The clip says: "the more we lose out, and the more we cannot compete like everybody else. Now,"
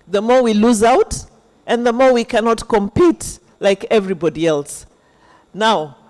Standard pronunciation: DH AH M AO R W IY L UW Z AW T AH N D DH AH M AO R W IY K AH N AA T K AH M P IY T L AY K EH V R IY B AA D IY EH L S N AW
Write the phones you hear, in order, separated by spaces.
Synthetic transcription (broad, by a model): DH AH M AO R W IY L UW Z AW T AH N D DH AH M AO R W IY K AH N AA T K AH M P IY T L AY K EH V R IY B AA D IY EH L S N AW